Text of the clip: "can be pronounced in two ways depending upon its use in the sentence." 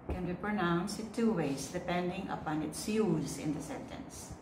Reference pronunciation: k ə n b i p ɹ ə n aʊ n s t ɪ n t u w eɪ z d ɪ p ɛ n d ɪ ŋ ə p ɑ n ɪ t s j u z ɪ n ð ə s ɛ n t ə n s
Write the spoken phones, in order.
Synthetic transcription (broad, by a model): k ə n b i p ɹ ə n aʊ n s ɪ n t u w eɪ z d ɪ p ɛ n d ɪ ŋ ə p ɑ n ɪ t s j u z ɪ n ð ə s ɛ n t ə n s